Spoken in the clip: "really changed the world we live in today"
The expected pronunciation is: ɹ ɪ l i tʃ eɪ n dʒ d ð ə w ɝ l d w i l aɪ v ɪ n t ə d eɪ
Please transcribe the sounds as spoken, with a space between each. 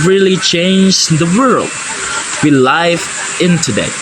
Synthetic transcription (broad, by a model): ɹ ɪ l i tʃ eɪ n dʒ ð ə w ɝ l d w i l aɪ f ɪ n t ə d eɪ